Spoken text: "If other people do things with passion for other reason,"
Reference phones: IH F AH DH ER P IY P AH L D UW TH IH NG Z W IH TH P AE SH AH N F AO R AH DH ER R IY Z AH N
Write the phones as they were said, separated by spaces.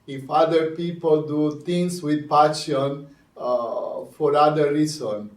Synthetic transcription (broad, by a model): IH F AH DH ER P IY P AH L D UW T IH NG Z W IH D P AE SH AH N F AO R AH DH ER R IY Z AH N